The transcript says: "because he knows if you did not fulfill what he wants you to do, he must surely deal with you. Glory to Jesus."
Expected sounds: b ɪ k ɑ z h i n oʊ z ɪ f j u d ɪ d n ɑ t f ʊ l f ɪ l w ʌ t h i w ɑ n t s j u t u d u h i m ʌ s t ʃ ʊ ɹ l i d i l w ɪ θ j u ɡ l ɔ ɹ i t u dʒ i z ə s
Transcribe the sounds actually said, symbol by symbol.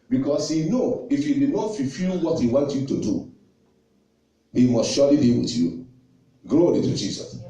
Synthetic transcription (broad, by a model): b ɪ k ɑ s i n oʊ ɪ f j u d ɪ n ɑ t f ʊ f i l w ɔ t h i w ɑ n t j u t u d u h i m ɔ s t ʃ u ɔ l i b i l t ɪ j u ɡ l ɔ ɹ i t u dʒ i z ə s